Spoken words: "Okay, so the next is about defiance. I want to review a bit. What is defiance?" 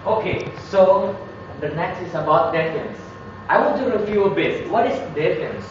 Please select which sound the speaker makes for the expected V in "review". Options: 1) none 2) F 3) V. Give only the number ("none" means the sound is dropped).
2